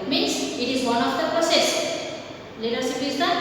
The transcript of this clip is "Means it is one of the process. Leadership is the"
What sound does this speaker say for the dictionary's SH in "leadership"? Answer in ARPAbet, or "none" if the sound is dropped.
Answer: S